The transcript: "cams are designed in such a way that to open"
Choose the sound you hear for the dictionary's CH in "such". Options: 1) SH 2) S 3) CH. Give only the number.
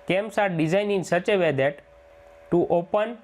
3